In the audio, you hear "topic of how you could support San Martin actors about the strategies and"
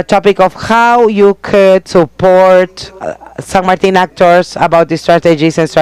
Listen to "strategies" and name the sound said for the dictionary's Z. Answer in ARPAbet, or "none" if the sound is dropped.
S